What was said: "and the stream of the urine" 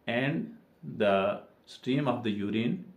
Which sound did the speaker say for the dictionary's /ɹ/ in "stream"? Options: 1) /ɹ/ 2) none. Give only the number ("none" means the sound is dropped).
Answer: 1